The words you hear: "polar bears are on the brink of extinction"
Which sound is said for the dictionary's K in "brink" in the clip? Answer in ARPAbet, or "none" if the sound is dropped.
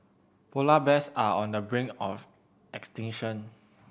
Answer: none